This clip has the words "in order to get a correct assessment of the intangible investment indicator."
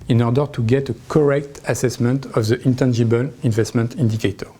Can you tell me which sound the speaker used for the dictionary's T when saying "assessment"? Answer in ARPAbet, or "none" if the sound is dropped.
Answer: T